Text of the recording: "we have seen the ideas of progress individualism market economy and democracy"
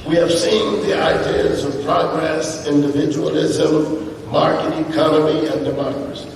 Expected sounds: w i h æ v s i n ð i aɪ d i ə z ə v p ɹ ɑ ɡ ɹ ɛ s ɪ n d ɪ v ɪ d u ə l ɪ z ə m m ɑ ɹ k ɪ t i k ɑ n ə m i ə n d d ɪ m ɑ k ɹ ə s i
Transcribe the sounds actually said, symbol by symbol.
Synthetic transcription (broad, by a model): w i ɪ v s i n ð i aɪ d i ə z ə v p ɹ ɑ ɡ ɹ ɛ s ɪ n d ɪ v ɪ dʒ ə l ɪ z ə m m ɑ ɹ k ɪ t i k ɑ n ə m i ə n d d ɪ m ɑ k ɹ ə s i